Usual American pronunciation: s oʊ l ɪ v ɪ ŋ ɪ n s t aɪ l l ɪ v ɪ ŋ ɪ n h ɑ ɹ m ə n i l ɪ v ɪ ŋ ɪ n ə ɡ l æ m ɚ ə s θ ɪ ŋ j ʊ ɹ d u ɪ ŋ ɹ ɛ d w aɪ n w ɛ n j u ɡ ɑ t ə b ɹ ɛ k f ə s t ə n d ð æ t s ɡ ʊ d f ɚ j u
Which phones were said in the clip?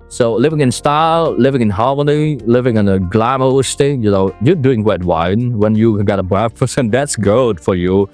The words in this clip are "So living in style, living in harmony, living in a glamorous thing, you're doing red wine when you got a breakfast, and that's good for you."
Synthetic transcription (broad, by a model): s oʊ l ɪ v ɪ ŋ ɪ n s t aɪ l l ɪ v ɪ ŋ ɪ n h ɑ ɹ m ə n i l ɪ v ɪ ŋ ɪ n ə ɡ l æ m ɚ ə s t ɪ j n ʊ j d u ɪ ŋ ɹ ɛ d w aɪ n w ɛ n j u ɡ ɑ t ə b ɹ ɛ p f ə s ə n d ð æ t s ɡ ʊ d f ɚ j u